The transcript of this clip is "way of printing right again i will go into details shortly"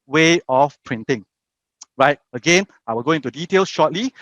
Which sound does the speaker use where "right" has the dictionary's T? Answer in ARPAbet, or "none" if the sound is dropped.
T